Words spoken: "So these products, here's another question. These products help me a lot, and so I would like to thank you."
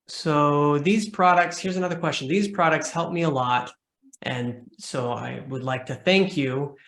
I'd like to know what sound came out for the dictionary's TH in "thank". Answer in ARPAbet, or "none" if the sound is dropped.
TH